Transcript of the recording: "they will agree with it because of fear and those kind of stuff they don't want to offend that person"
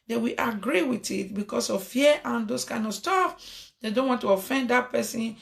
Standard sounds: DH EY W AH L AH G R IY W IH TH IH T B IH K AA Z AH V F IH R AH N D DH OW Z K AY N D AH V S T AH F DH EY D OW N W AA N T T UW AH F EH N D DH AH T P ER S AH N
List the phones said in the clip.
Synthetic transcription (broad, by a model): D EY W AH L AH G R IY W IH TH IH T B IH K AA S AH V F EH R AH N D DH OW S K AY N D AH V S T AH F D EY D OW N W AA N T T UW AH F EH N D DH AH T P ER S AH N